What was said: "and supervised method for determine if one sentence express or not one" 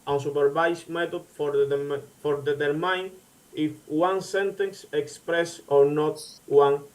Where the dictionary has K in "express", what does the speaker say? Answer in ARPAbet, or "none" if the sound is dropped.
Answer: K